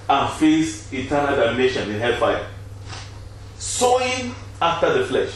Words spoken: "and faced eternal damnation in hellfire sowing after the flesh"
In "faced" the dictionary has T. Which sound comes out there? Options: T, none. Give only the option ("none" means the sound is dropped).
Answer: none